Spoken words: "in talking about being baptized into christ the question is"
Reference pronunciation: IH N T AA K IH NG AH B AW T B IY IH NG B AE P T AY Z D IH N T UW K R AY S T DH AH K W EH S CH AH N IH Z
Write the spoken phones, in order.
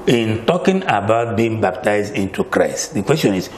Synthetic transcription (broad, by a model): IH N T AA K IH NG AH B AW T B IY IH NG B AE P T AY Z D IH N T UW K R AY S T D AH K W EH S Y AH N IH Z